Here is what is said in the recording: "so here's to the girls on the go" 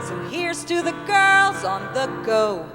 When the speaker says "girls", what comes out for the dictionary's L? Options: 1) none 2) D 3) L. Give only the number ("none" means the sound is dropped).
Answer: 3